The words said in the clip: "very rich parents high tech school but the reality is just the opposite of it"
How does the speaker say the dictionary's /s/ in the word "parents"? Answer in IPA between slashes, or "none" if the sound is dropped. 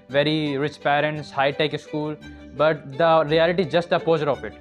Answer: /s/